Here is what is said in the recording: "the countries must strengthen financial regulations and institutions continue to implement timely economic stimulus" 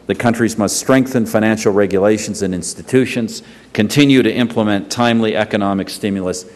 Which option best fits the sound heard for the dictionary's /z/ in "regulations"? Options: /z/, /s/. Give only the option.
/z/